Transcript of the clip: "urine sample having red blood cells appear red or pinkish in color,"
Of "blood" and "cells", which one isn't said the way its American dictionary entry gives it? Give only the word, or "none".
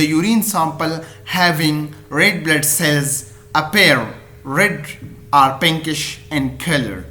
none